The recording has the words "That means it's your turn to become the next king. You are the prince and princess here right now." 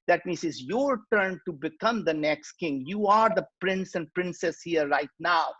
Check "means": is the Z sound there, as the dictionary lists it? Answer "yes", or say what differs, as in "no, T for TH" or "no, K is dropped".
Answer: no, S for Z